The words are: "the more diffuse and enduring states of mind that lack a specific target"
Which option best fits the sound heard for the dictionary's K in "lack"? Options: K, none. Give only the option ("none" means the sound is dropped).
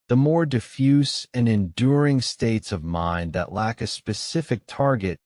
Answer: K